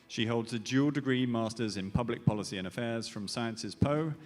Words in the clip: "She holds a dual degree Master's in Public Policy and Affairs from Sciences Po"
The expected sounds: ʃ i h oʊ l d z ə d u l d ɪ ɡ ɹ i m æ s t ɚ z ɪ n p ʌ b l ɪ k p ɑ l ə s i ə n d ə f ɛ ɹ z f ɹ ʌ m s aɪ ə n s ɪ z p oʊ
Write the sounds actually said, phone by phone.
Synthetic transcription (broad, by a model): ʃ i h oʊ l d z ə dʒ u l d ɪ ɡ ɹ i m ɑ s t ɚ z ɪ n p ʌ b l ɪ k p ɑ l ə s i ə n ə f ɛ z f ɹ ʌ m s aɪ ə n s ɪ z p oʊ